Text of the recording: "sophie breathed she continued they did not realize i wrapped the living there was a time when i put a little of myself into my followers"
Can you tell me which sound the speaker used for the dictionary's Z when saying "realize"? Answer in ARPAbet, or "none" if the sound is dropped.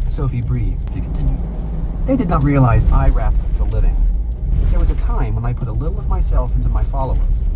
Z